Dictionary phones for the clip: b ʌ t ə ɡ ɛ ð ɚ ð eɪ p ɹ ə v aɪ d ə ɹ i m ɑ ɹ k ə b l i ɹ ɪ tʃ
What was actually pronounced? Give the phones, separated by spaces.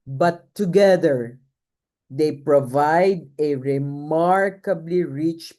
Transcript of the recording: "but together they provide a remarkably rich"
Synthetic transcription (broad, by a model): b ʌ t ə ɡ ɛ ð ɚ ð eɪ p ɹ ə v aɪ d ə ɹ i m ɑ ɹ k ə b l i ɹ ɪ tʃ